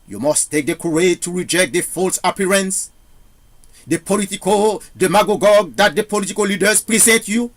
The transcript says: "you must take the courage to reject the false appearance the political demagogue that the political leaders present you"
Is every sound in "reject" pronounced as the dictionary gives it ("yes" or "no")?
yes